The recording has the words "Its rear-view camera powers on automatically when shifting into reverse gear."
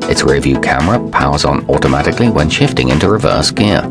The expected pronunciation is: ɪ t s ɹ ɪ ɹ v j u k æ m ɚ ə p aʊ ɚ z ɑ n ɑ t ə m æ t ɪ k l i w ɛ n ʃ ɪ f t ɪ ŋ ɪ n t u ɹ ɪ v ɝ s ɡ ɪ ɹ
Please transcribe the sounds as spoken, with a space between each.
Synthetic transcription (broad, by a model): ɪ t s ɹ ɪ v j u k æ m ɚ ə p aʊ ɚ z n ɑ t ə m æ t ɪ k l i w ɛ n ʃ ɪ f t ɪ ŋ ɪ n t u ɹ ɪ v ɝ s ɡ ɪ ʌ